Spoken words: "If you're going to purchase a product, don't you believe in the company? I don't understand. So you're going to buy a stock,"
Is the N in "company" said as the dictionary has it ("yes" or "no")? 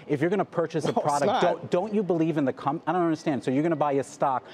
no